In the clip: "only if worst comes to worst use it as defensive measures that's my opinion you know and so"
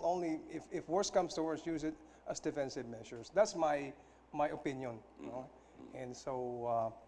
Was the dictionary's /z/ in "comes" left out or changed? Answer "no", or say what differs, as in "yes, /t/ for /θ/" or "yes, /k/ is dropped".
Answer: yes, /s/ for /z/